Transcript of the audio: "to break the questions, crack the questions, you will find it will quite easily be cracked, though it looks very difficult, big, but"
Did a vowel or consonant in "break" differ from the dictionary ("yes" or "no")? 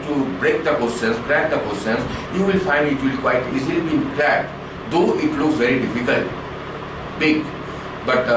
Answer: no